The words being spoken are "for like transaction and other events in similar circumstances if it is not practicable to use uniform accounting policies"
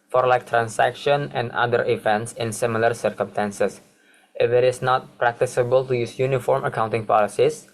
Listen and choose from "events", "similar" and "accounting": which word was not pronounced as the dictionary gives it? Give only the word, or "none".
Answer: none